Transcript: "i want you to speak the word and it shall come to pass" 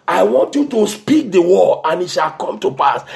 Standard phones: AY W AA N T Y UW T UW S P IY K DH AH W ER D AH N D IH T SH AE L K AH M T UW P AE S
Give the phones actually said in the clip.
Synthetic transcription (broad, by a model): AY W AA N T Y UW T UW S P IY K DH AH W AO AH N IH T SH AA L K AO M T UW P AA S